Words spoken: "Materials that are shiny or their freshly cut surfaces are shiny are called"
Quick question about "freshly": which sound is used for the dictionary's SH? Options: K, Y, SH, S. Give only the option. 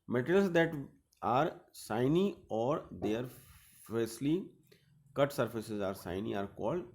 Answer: S